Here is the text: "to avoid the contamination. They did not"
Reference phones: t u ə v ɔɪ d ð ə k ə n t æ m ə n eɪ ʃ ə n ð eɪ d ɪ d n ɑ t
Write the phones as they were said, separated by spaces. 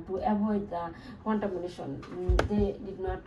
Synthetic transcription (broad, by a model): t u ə b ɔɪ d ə k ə n t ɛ m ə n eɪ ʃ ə n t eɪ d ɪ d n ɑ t